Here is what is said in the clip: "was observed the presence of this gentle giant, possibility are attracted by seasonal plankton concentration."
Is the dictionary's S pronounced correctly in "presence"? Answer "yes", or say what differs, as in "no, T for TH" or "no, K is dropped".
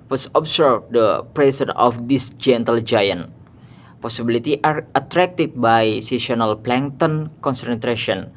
no, S is dropped